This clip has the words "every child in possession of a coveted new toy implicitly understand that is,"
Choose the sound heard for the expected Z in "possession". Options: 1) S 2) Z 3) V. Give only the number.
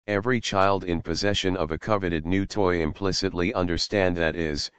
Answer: 2